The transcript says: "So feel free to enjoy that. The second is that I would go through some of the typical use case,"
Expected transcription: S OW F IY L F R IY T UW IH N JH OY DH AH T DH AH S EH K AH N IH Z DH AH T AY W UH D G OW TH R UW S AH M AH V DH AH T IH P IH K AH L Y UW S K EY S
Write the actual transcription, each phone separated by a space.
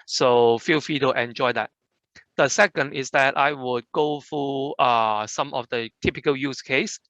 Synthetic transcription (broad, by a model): S OW F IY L F IY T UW IH N JH OY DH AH T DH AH S EH K AH N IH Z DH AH T AY W UH D G OW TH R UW S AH M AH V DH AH T IH P IH K AH L Y UW S K EY S